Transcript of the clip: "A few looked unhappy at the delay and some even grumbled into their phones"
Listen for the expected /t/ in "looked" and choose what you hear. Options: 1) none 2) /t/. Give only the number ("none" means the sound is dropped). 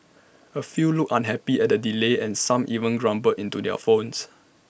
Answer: 1